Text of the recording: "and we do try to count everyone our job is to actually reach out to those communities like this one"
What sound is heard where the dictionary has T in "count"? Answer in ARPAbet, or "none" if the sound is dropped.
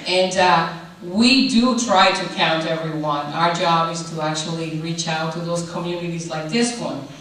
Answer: T